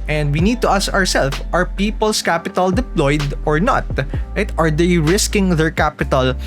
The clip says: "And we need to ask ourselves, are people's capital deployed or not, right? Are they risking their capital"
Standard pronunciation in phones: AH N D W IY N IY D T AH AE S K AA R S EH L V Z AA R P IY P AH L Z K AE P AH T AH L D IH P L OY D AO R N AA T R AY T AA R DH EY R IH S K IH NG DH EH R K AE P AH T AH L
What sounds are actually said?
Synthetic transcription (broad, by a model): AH N D W IY N IY D T AH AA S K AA R S EH L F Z AA R P IY P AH L S K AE P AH T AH L D IH P L OY D AO R N AA T R AY T AA R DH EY R IH S K IH NG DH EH R K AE P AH T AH L